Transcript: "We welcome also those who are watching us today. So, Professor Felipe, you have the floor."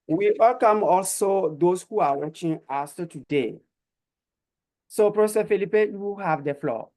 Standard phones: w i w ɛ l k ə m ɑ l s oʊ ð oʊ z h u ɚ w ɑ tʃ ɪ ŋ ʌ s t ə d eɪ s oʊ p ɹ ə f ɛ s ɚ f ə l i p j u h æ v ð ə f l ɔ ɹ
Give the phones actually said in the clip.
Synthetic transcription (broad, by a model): w i w ɛ l k ə m ɑ l s oʊ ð oʊ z h u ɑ w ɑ tʃ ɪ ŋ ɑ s t ə d eɪ s oʊ p ɹ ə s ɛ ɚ f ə l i p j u h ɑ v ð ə f l ɔ